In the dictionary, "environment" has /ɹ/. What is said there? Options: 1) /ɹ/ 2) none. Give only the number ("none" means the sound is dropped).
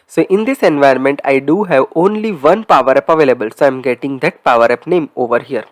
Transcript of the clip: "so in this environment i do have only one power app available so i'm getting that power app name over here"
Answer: 2